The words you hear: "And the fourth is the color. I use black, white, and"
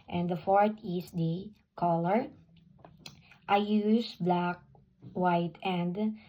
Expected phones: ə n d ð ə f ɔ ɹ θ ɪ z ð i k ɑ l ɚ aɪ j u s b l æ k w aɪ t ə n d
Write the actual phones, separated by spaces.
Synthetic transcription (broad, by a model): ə n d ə f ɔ ɹ t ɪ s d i k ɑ l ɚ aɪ j u s b l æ k w aɪ t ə n d